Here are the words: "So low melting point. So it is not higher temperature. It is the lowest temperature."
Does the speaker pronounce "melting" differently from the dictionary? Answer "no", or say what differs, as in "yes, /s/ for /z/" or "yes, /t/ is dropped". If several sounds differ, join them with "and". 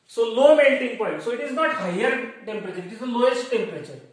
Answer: yes, /n/ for /l/